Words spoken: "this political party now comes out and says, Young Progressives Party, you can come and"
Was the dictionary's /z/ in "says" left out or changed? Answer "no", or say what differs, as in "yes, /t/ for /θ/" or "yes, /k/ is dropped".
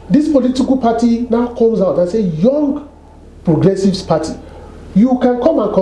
yes, /z/ is dropped